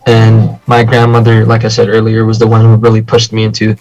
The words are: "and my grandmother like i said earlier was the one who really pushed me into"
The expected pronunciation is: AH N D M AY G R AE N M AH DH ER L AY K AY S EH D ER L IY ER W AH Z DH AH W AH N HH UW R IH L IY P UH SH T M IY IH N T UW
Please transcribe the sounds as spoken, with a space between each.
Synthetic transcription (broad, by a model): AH N M AY G R AE N M AH DH ER L AY K AY S EH D ER L IY ER W AH Z DH AH W AH N HH UW R IH L IY P UH SH T M IY IH N T UW